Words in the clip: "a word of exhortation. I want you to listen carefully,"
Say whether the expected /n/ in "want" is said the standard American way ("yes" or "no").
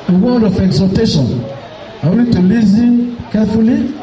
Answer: no